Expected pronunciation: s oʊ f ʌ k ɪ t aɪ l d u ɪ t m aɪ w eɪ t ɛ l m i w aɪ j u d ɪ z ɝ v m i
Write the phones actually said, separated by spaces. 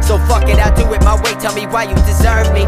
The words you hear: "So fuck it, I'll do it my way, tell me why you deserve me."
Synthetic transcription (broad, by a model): s oʊ f ʌ k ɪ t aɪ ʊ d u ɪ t m aɪ w eɪ t ɛ l m i w aɪ j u d ɪ z ɝ v m i